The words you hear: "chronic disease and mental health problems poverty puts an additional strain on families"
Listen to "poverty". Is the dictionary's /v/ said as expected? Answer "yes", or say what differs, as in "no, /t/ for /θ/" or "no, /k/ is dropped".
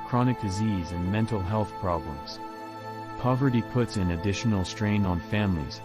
yes